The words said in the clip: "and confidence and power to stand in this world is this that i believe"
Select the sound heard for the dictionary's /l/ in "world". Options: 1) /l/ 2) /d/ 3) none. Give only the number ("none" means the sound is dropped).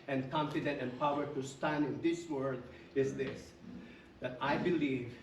3